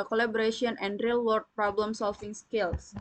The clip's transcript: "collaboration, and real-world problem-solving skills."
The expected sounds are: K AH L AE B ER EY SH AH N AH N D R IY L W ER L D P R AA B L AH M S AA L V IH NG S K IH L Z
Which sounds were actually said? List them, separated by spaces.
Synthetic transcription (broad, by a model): K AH L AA B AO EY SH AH N AH N D R IY L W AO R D P R AA B L AH M S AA L F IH NG S K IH L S